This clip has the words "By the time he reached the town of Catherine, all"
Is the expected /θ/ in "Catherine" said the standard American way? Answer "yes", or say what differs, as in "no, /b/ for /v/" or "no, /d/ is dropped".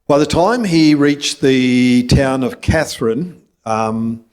yes